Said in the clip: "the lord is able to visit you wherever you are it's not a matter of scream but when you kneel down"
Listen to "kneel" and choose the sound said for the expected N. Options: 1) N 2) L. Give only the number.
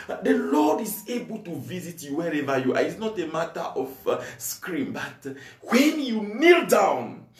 1